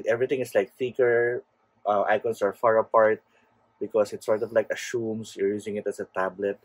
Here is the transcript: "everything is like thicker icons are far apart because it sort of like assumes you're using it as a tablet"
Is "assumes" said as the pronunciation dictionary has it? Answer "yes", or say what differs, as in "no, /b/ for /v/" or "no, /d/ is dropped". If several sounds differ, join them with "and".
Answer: no, /ʃ/ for /s/ and /s/ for /z/